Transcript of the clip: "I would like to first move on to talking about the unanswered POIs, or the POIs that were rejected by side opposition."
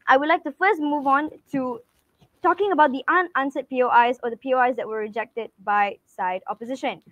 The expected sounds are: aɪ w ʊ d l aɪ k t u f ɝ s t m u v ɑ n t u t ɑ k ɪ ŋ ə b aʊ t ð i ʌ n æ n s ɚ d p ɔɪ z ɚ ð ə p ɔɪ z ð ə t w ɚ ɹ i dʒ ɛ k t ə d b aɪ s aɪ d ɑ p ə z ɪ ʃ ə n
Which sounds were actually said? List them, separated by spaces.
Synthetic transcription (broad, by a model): aɪ w ʊ d l aɪ k t u f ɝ s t m u v ɑ n t u t ɑ k ɪ ŋ ə b aʊ t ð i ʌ n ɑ n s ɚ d p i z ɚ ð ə p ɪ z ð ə t w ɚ ɹ i dʒ ɛ k t ə d b aɪ s aɪ d ɑ p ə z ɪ ʃ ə n